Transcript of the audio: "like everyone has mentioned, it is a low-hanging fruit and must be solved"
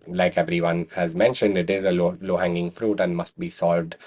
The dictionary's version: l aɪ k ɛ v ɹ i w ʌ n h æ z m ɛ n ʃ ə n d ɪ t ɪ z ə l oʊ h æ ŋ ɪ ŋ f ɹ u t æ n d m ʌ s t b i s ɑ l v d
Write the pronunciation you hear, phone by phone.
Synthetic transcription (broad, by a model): l aɪ k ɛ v ɹ i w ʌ n h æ z m ɛ n ʃ ə n d ɪ t ɪ z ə l oʊ h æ ŋ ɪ ŋ f ɹ u t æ n d m ʌ s t b i s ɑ l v d